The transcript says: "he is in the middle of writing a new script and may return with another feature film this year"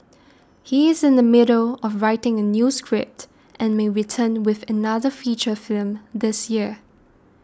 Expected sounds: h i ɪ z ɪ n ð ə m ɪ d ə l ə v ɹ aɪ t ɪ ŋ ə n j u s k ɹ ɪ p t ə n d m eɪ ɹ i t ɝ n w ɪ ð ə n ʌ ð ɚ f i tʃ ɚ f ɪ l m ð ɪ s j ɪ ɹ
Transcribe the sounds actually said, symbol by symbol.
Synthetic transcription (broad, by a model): h i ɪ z ɪ n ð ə m ɪ d ə l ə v ɹ aɪ t ɪ ŋ ə n j u s k ɹ ɪ p t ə n m eɪ ɹ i t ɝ n w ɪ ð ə n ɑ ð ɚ f i tʃ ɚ f ɪ l m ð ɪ s j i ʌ